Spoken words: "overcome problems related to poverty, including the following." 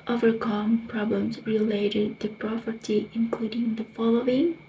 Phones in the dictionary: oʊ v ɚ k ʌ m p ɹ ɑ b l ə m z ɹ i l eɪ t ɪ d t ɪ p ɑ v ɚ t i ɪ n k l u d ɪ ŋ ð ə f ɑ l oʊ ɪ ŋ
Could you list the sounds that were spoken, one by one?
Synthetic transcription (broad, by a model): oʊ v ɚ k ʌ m p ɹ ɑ b l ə m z ɹ i l eɪ t ɪ d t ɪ p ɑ p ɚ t i ɪ n k l u d ɪ ŋ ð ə f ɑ l oʊ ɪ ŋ